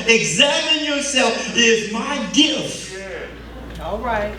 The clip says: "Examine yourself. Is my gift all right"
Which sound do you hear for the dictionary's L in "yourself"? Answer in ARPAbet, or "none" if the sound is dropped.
L